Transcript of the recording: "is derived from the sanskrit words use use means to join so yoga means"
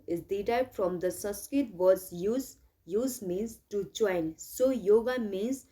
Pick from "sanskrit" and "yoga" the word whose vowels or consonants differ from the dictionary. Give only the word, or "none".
sanskrit